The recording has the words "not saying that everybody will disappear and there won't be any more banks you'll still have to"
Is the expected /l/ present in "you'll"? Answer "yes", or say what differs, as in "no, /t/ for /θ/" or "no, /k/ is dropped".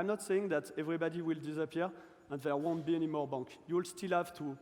yes